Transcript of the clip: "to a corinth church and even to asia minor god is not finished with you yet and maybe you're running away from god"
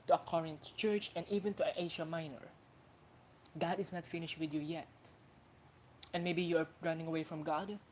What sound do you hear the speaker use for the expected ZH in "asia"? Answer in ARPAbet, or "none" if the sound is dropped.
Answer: SH